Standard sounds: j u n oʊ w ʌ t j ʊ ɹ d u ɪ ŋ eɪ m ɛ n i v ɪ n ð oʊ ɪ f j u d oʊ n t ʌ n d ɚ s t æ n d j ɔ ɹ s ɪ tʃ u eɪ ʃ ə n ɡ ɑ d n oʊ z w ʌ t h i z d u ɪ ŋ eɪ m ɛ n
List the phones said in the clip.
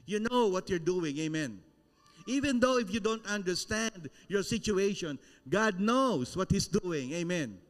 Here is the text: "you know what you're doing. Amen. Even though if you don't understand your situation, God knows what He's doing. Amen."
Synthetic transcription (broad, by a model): j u n oʊ w ʌ t j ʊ ɹ d u ɪ ŋ eɪ m ɛ n i v ɪ n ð oʊ ɪ f j u d oʊ n t ʌ n d ɚ s t æ n d j ɔ ɹ s ɪ tʃ u eɪ ʃ ə n ɡ ɑ d n oʊ s w ʌ t h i s d u ɪ ŋ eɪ m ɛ n